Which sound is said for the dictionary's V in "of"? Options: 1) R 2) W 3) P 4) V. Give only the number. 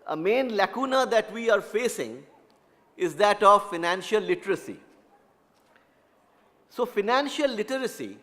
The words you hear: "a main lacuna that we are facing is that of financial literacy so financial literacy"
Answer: 4